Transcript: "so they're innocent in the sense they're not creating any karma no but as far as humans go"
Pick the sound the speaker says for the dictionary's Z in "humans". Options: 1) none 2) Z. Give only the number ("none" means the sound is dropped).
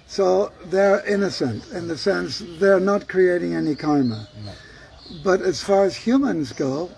2